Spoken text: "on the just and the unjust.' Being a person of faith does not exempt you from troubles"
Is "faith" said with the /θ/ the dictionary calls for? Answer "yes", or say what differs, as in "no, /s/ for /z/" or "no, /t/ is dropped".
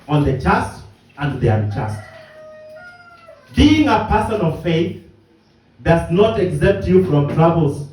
yes